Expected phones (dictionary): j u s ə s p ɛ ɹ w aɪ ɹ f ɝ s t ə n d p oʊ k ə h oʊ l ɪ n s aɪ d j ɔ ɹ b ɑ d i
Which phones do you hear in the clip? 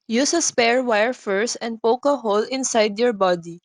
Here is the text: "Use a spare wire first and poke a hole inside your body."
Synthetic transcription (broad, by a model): j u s ə s p ɛ ɹ w aɪ ɹ f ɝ s ə n d p oʊ k ə h oʊ l ɪ n s aɪ d j ɔ ɹ b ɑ d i